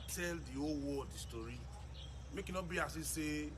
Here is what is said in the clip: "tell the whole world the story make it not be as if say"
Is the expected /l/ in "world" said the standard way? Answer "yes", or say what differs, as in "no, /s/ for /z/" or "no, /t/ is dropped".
no, /l/ is dropped